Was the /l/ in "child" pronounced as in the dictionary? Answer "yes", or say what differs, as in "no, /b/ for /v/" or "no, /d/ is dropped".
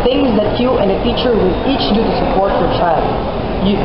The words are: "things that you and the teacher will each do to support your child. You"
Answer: yes